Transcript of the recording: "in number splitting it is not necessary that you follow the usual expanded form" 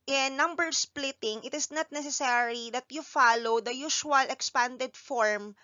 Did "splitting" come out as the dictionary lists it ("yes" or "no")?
yes